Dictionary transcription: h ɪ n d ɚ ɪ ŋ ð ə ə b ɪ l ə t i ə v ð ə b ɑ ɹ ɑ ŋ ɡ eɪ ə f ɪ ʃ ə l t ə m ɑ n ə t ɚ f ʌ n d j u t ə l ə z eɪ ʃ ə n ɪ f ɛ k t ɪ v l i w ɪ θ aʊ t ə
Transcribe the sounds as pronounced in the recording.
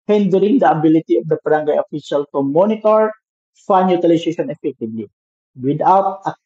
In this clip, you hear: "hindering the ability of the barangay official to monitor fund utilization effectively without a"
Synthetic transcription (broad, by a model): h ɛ n d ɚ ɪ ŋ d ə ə b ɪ l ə t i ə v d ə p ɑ ɹ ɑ ŋ ɡ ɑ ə f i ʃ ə l t ə m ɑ n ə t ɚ f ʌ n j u t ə l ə s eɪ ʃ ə n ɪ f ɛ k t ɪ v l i w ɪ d aʊ t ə